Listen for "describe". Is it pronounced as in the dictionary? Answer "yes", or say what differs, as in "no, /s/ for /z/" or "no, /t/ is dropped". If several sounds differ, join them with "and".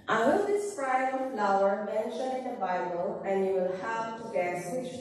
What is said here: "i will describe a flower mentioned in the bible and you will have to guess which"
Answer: no, /b/ is dropped